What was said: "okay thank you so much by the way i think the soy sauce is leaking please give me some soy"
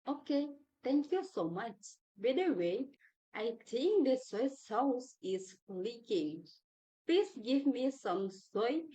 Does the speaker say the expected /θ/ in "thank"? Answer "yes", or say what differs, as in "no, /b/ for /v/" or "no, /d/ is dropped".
no, /t/ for /θ/